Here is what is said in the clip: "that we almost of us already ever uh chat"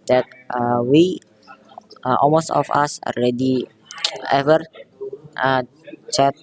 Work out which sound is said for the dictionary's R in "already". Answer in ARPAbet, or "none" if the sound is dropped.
L